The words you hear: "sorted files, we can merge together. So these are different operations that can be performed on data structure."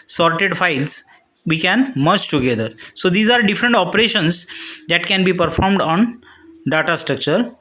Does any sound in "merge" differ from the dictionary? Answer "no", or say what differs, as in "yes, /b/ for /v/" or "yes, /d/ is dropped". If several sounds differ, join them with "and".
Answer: yes, /tʃ/ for /dʒ/